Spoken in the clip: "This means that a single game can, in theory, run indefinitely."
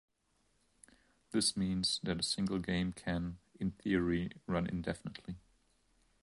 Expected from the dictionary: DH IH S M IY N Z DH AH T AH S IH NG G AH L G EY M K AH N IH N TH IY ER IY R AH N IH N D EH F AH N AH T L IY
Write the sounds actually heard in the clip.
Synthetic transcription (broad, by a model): DH IH S M IY N Z DH AH T AH S IH NG G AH L G EY M K AH N IH N TH IY ER IY R AH N IH N D EH F AH N AH T L IY